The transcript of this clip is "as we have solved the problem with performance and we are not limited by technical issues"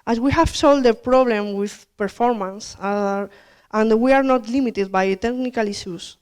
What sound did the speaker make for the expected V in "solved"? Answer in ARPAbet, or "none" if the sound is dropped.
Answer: none